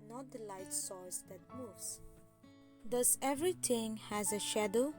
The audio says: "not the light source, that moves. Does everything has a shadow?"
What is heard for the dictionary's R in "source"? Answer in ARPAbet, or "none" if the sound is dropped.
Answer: L